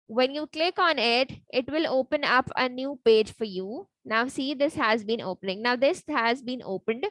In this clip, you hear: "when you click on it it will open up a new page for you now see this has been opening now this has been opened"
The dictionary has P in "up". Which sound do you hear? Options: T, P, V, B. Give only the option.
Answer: P